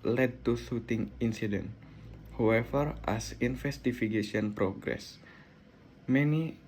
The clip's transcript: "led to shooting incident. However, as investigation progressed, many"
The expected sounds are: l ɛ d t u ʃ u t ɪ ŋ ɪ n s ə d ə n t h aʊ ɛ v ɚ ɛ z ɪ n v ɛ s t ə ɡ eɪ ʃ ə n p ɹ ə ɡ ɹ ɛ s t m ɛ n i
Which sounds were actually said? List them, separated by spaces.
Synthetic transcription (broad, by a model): l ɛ d t u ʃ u t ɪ ŋ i n s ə d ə n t h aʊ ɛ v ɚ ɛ s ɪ n f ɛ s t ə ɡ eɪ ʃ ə n p ɹ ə ɡ ɹ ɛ s m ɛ n i